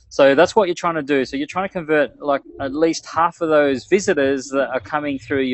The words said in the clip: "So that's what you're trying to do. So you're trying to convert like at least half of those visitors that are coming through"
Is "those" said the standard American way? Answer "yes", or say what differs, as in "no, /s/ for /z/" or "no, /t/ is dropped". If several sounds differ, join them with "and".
yes